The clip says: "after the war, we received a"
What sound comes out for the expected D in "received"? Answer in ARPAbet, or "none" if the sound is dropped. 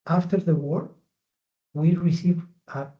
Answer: none